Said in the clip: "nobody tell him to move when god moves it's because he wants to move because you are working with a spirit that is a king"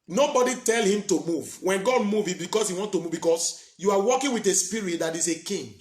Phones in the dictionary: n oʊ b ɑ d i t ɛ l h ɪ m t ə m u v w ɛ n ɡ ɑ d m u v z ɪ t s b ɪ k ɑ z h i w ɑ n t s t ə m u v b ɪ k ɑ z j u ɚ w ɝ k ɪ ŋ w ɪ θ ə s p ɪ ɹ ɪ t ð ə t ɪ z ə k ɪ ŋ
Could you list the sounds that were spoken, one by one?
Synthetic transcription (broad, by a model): n oʊ b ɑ d i t ɛ l h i m t ə m u v w ɛ n ɡ ɑ d m u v ɪ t b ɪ k ɑ s h i w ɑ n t t ə m u v b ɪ k ɑ s j u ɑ w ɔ k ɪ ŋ w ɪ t ə s p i ɹ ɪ t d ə t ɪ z ə k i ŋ